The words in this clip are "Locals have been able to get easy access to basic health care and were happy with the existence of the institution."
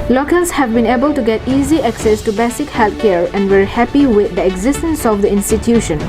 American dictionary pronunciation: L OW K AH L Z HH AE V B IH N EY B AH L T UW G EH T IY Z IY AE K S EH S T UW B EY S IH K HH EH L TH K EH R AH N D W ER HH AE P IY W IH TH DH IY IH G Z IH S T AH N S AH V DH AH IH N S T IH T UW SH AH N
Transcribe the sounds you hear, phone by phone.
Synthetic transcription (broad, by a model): L OW K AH L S HH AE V B IH N EY B AH L T UW G EH T IY Z IY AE K S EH S T UW B EY S IH K HH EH L T K EH R AH N D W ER HH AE P IY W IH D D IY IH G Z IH S T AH N S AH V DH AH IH N S T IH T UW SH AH N